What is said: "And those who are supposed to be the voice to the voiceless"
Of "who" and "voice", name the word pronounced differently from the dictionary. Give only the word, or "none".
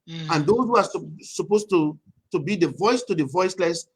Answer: none